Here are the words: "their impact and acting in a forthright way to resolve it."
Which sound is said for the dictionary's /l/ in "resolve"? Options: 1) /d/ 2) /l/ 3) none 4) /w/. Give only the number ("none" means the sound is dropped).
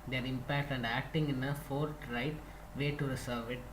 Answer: 3